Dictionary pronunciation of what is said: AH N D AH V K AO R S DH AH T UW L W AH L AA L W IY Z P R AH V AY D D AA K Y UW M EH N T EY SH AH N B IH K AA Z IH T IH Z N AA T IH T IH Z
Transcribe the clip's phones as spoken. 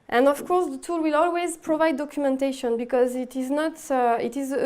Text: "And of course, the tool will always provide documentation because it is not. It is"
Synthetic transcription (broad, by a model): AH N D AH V K AO R S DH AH T UW L W AH L AA L W IY Z P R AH V AY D D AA K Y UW M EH N T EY SH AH N B IH K AA Z IH T IH Z N AA T IH T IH Z